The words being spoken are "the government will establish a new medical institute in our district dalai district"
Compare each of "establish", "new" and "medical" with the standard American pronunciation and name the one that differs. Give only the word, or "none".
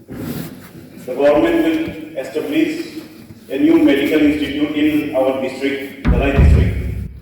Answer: establish